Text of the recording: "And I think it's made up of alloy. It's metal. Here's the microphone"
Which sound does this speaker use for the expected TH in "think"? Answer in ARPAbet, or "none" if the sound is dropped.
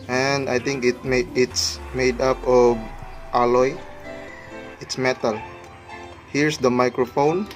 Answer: T